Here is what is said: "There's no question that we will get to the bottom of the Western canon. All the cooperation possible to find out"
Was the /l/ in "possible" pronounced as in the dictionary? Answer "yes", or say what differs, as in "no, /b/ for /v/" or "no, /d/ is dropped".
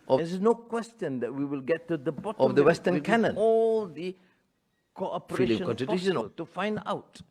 no, /n/ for /l/